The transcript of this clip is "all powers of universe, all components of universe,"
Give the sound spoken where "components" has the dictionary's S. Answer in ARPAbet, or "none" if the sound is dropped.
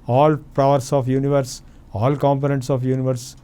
S